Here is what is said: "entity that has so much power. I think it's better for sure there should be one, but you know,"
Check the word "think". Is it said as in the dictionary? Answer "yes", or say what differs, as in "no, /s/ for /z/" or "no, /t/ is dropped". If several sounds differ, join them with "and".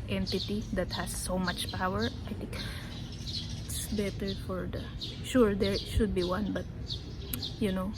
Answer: no, /t/ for /θ/